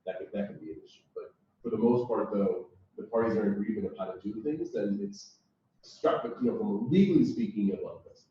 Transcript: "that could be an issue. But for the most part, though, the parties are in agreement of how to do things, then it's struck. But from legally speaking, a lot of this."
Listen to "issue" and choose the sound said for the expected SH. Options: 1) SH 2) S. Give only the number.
2